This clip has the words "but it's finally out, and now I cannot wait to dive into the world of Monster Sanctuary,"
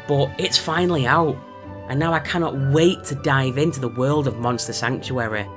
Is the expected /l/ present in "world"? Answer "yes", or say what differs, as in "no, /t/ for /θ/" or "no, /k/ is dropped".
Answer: yes